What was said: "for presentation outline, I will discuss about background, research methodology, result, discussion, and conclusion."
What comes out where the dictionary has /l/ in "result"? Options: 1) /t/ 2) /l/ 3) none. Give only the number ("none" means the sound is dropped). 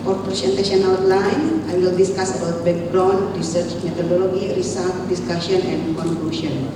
3